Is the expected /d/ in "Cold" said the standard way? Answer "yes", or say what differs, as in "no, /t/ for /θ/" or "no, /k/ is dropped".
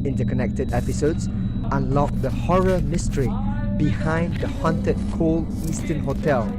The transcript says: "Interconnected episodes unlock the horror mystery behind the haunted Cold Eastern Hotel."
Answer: no, /d/ is dropped